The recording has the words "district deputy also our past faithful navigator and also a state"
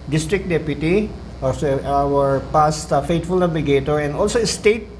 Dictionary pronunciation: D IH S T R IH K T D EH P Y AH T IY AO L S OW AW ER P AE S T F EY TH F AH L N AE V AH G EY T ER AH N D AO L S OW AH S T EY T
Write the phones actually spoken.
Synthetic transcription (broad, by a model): D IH S T R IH K D EH P Y AH T IY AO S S AW ER P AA S T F EY T F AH L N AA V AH G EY T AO AH N D AO L S OW AH S T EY T